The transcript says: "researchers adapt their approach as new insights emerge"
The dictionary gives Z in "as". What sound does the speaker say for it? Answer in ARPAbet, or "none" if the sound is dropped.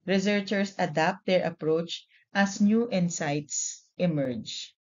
S